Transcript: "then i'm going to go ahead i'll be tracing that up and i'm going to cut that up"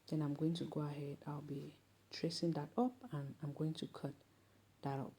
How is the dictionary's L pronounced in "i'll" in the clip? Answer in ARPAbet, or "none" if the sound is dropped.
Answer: W